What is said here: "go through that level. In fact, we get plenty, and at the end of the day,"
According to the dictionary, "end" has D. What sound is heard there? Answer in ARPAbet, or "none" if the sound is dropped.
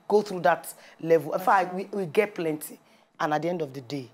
D